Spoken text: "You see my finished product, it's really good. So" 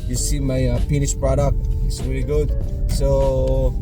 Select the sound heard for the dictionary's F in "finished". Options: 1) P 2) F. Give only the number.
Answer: 1